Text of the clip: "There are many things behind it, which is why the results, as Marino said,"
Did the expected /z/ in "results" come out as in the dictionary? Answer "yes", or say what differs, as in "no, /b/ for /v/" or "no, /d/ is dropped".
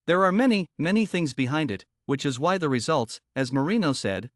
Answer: yes